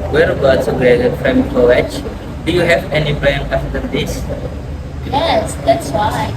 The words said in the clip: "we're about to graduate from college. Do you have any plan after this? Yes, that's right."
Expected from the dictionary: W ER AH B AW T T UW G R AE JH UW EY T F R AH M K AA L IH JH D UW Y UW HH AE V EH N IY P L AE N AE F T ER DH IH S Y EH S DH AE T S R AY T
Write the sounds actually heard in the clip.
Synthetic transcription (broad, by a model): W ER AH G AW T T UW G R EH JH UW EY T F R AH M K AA W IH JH D UW Y UW HH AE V EH N IY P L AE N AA F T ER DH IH S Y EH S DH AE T S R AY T